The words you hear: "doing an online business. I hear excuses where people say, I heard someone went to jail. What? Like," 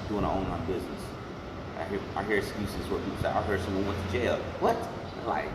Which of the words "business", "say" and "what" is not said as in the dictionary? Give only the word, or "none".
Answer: none